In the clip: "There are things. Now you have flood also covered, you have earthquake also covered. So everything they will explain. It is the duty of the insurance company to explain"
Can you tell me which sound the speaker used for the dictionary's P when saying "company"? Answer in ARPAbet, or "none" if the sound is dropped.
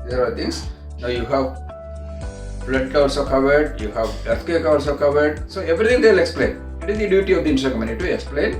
none